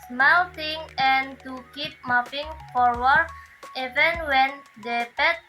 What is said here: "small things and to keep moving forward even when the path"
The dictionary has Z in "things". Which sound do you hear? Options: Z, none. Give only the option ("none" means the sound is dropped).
none